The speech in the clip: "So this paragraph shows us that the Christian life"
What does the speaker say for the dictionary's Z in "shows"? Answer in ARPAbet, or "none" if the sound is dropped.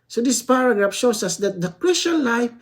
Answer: S